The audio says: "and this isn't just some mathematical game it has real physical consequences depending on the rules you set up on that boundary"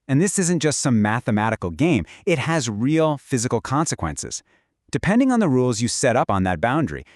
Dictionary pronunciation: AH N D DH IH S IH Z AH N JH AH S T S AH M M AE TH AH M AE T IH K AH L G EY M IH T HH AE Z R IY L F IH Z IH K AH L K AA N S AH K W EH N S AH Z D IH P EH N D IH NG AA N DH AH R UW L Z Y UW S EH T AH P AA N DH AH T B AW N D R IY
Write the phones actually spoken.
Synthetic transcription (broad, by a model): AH N DH IH S IH Z AH N JH AH S T S AH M M AE TH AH M AE T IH K L G EY M IH T HH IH Z R IY L F IH Z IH K L K AA N S AH K W EH N S AH Z D IH P EH N D IH NG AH N DH AH R UW L Z Y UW S EH T AH P N DH AH T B AW N D R IY